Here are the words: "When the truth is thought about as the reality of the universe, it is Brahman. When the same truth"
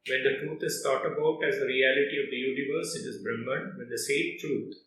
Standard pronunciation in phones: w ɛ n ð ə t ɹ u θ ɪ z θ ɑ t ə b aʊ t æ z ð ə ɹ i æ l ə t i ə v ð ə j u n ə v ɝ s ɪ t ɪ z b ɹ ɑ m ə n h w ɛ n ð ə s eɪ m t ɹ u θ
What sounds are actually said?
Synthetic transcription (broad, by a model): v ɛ n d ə t ɹ u t ɪ z s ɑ t ə b aʊ t æ z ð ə ɹ i æ l ə t i ə v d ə j u n ə v ɝ s ɪ t ɪ z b ɹ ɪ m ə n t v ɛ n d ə s eɪ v t ɹ u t